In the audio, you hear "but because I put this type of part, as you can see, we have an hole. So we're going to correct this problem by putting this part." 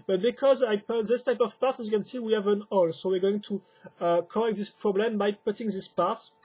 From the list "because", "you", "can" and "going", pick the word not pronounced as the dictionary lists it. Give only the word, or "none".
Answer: none